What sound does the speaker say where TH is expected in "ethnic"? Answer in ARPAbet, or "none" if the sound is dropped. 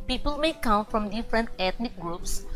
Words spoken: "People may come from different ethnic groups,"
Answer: T